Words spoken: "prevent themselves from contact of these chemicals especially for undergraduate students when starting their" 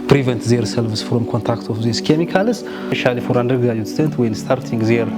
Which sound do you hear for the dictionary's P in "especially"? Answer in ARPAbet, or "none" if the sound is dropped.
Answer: none